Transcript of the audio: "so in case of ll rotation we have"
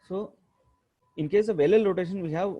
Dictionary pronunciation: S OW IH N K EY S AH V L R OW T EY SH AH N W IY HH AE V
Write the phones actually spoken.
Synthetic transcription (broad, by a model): S OW IH N K EY S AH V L L OW T EY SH AH N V IY HH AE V